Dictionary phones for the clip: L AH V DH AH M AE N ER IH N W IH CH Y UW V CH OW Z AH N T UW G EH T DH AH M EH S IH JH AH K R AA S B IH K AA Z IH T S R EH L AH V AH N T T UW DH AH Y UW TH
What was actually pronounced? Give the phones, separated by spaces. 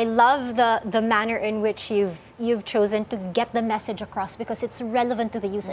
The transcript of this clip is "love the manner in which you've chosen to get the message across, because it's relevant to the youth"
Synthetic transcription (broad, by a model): L AH V DH AH M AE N ER IH N W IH CH Y UW V CH OW Z AH N T UW G EH T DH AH M EH S IH JH AH K R AA S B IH K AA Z IH T S R EH L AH V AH N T T UW DH AH Y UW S